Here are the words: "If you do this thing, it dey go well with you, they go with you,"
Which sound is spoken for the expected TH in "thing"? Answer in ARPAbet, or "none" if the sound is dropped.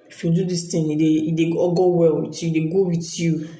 T